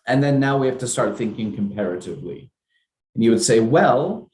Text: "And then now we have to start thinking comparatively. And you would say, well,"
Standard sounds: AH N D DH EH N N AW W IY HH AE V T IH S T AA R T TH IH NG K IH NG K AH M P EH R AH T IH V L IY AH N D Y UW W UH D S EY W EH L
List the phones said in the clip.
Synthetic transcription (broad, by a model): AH N DH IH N N AW W IY HH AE F T IH S T AA R T TH IH NG K IH NG K AH M P EH R AH T IH V L IY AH N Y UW W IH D S EY W EH L